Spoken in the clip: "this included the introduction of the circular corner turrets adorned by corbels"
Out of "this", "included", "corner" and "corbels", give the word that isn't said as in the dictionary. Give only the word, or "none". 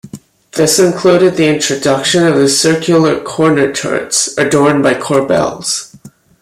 none